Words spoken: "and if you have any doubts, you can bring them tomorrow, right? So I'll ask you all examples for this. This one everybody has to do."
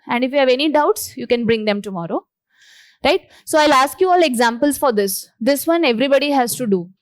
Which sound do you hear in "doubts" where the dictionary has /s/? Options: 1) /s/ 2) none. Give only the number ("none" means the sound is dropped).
1